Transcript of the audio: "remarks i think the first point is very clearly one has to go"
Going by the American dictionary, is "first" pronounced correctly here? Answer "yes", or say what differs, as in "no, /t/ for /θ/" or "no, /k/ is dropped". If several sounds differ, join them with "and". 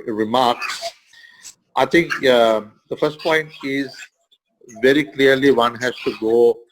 yes